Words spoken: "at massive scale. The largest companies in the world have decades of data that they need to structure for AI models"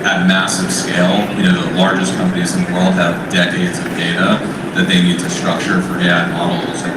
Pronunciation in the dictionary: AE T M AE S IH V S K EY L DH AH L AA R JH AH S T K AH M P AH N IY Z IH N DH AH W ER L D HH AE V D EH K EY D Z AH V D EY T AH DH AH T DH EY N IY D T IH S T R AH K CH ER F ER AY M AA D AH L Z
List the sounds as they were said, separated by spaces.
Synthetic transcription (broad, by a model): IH T M AE S IH V S K EY L DH AH L AA R JH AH S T K AH M P AH N IY Z IH N DH AH W ER L D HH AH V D EH K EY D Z AH V D EY T AH DH AH T DH EY N IY D T IH S T R AH K CH ER F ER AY M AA D L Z